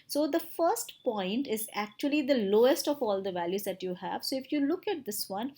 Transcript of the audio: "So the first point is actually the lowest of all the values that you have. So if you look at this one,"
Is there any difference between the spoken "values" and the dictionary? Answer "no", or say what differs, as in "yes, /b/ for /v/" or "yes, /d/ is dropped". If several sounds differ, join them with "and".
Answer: no